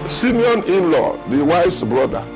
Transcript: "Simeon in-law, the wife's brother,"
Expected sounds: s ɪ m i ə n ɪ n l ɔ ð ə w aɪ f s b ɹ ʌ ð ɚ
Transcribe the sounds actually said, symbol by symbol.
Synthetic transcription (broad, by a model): s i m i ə n ɪ n l ɔ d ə w aɪ s b ɹ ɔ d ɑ